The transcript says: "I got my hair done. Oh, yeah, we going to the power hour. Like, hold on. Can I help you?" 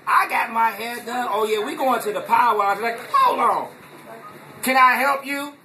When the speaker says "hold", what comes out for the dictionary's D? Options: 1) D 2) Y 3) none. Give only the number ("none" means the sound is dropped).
3